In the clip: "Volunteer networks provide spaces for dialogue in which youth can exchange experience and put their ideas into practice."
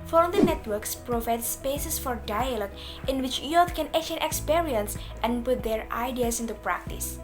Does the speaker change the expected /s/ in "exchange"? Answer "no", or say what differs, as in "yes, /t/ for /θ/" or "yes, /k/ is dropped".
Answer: yes, /s/ is dropped